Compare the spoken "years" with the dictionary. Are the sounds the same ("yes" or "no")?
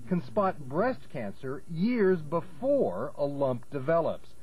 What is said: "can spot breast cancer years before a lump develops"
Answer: yes